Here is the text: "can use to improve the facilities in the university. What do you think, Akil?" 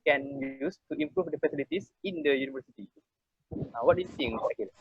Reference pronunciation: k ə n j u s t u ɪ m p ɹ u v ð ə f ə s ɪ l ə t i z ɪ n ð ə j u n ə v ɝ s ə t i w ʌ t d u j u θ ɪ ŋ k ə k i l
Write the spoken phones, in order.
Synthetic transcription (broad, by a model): k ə n j u s t u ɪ m p ɹ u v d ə f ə s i l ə t i s ɪ n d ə j u n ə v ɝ s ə t i w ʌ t d u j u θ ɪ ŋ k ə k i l